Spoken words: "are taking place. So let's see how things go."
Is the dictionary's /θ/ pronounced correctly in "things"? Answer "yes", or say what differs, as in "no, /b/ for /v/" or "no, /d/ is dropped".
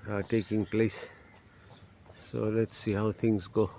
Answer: no, /t/ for /θ/